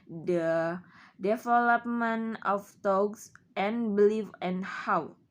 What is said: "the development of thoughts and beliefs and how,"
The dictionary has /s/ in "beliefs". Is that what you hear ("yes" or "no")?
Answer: no